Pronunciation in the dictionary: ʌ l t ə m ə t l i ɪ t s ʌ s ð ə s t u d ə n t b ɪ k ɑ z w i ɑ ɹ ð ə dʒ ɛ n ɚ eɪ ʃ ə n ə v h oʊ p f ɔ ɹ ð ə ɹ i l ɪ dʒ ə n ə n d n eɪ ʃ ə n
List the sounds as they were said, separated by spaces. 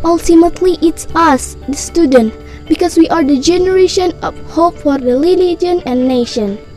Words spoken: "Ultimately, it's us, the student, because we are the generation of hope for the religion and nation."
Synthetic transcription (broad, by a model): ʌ l t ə m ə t l i ɪ t s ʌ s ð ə s t u d ə n t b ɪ k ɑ s w i ɑ ɹ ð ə dʒ ɛ n ɚ eɪ ʃ ə n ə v h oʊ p f ɔ ɹ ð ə l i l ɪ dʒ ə n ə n n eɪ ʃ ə n